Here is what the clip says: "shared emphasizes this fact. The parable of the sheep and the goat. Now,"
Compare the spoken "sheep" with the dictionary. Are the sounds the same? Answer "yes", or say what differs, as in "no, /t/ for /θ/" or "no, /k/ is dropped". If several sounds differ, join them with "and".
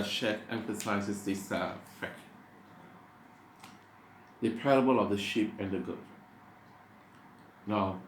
yes